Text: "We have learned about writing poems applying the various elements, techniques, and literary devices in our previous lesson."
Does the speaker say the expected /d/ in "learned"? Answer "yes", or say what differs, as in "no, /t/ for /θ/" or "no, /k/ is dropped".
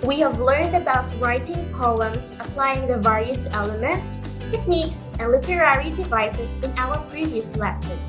yes